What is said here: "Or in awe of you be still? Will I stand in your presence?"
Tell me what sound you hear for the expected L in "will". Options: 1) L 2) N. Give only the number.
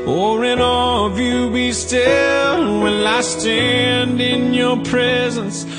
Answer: 2